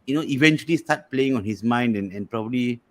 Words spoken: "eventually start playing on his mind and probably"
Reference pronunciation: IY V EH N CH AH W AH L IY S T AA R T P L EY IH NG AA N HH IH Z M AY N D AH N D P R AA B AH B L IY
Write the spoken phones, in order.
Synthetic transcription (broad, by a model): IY V EH N CH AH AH L IY S T AA T P L EY IH NG AA N HH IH S M AY N D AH N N P R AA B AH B L IY